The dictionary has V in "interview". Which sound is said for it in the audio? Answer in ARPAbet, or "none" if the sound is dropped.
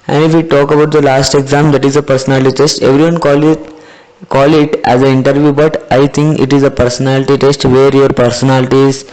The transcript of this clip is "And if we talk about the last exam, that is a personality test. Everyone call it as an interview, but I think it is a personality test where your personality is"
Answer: V